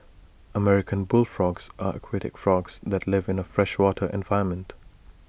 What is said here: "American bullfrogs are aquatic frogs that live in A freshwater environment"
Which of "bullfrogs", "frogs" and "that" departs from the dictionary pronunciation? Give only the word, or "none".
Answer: none